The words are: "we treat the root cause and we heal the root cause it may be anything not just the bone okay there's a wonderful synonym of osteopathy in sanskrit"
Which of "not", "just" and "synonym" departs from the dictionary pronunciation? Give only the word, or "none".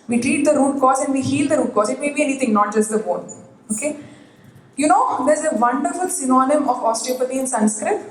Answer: none